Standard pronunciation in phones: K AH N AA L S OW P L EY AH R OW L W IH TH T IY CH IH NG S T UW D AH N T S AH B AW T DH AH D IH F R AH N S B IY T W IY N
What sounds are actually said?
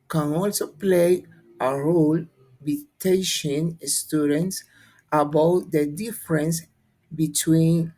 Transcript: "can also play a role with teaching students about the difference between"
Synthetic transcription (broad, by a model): K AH N AA L S OW P L EY AH R OW L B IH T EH SH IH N S T UW D AH N T S AH B AW T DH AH D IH F R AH N S B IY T W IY N